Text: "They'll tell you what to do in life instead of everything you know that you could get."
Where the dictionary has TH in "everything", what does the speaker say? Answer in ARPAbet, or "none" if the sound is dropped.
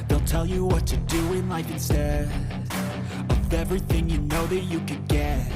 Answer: TH